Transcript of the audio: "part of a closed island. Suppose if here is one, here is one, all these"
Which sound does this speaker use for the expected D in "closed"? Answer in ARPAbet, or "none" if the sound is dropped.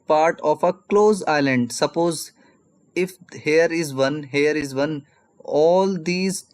none